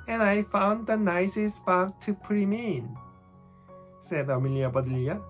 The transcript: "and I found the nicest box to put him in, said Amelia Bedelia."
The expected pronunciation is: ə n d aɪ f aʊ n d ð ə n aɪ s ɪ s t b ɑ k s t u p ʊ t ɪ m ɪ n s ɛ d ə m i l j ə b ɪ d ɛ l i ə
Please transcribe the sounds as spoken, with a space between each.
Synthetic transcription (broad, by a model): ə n aɪ f aʊ n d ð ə n aɪ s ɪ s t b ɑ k t u p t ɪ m ɪ n s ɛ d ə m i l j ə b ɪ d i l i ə